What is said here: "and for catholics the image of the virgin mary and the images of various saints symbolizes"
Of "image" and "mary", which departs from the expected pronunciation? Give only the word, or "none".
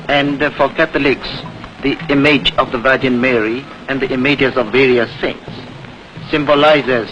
none